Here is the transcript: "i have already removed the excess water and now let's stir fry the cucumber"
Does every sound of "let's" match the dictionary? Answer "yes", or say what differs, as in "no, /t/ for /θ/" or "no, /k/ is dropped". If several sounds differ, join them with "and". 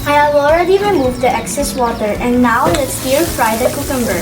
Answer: no, /n/ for /l/